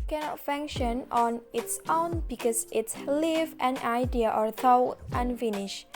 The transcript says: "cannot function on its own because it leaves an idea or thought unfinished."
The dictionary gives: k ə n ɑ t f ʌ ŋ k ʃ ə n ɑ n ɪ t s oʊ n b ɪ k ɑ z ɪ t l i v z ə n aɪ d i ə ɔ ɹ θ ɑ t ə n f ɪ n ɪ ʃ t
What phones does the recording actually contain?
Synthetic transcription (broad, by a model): k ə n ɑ t f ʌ ŋ k ʃ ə n ɑ n ɪ t s oʊ n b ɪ k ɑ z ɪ t l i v ə n aɪ d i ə ɔ ɹ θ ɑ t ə n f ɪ n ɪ ʃ